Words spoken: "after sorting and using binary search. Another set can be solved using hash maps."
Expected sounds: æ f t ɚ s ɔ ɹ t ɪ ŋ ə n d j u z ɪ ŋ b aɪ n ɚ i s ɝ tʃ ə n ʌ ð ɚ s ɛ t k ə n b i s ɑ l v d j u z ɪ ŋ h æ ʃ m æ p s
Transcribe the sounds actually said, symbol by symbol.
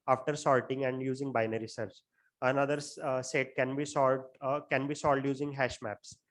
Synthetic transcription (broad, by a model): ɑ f t ɚ s ɔ l t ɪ ŋ ə n d j u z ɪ ŋ b aɪ n ɚ i s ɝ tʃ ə n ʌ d ɚ s ɛ t k ə n b i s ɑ l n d j u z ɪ ŋ h æ ʃ m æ p s